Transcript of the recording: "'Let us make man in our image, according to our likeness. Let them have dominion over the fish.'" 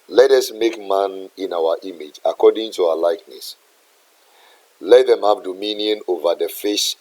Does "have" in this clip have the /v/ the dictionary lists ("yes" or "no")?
no